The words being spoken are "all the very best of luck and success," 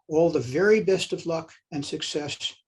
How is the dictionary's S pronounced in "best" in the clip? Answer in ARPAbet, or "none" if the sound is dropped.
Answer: S